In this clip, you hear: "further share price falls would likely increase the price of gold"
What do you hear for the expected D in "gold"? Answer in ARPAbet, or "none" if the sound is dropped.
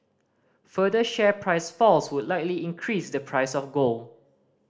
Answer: none